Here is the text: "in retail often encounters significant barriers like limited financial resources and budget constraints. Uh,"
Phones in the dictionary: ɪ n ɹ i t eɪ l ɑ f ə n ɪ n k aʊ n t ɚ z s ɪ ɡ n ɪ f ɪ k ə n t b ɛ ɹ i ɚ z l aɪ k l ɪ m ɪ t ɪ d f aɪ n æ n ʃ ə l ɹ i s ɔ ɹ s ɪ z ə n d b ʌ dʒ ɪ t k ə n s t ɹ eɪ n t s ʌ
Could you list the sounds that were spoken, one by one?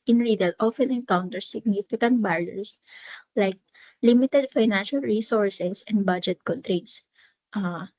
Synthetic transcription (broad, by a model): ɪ n ɹ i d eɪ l ɑ f ə n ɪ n k aʊ n t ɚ s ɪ ɡ n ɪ f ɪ k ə n t b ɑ ɹ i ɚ s l aɪ k l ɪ m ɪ t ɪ d f aɪ n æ n ʃ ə l ɹ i s ɔ ɹ s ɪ s ə n d b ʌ dʒ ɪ t k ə n t ɹ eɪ t s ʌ